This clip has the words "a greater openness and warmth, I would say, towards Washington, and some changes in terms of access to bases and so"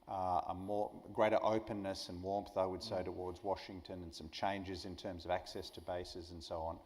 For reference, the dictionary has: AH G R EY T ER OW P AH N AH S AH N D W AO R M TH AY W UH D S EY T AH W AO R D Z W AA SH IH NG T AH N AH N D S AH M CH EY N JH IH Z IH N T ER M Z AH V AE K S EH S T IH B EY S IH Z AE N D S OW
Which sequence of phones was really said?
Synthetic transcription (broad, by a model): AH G R EY T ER OW P AH N AH S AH N W AO R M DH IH W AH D S EY T AH W AO R D Z W AA SH IH NG T AH N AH N S AH M CH EY N JH IH Z IH N T ER M Z AH V AE K S EH S T IH B EY S IH Z N S OW